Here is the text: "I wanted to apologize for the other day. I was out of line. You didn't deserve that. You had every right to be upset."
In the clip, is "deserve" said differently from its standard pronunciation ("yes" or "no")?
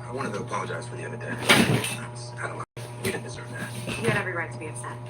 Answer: no